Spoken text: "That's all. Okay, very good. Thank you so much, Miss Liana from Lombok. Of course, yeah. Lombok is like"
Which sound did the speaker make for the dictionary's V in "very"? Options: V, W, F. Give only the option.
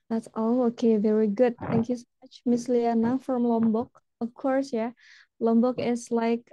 V